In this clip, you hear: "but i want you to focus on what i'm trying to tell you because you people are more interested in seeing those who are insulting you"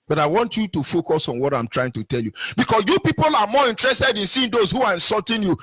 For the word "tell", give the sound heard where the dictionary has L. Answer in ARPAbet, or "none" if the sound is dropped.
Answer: L